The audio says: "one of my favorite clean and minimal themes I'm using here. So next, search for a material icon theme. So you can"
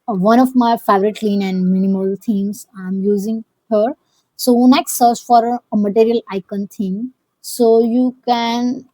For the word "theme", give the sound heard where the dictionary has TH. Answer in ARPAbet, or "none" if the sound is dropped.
T